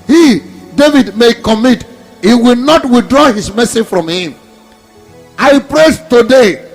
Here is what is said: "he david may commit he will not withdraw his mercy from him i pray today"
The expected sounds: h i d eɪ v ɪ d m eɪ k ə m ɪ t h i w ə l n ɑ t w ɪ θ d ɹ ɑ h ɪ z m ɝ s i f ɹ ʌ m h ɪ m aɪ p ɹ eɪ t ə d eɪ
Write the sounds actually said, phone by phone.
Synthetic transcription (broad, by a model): h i d eɪ v ɪ d m eɪ k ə m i t h i w ə l n ɑ t w ɪ θ d ɹ ɑ h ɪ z m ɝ s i f ɹ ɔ m h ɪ m aɪ p ɹ eɪ t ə d eɪ